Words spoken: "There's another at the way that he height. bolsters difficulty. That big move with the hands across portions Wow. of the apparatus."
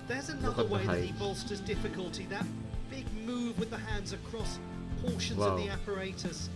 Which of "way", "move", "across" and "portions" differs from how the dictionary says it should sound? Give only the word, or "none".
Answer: none